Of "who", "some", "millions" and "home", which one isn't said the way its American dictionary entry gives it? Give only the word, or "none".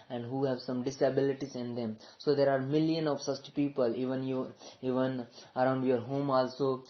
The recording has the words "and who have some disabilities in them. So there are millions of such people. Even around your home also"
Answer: millions